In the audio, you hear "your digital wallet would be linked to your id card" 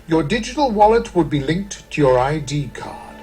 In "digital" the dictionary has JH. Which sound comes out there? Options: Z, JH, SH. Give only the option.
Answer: JH